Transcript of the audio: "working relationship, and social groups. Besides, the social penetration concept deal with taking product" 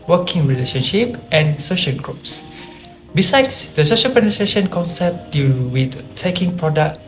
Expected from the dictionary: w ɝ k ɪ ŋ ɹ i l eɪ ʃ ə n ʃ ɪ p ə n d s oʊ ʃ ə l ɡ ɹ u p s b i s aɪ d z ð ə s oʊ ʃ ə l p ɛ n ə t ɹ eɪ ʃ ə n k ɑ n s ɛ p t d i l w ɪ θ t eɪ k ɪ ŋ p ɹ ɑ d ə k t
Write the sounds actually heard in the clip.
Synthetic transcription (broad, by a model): w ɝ k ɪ ŋ ɹ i l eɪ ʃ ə n ʃ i p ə n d s oʊ ʃ ə l ɡ ɹ u p s b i s aɪ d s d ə s oʊ ʃ ə l p ɛ n ə t ɹ eɪ ʃ ə n k ɑ n s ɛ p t d i l w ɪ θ t eɪ k ɪ ŋ p ɹ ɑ d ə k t